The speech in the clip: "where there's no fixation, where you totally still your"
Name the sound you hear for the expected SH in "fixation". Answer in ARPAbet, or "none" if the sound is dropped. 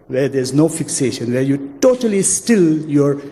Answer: SH